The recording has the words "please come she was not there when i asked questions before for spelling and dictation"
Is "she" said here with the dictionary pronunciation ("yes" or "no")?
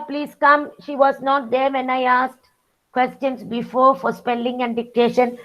yes